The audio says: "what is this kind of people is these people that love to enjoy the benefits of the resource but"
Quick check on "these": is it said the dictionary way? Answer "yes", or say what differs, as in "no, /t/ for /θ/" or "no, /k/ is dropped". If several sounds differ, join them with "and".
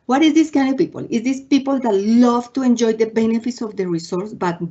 no, /s/ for /z/